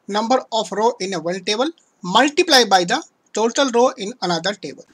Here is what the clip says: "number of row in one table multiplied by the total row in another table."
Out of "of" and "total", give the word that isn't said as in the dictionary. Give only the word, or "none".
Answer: of